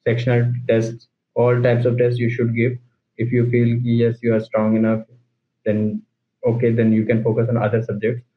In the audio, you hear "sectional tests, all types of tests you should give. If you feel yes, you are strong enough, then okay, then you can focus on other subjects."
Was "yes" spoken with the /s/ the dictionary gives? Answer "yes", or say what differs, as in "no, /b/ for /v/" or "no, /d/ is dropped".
yes